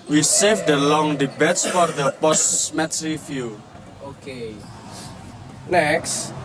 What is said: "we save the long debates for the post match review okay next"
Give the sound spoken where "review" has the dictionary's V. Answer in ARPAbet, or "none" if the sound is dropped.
F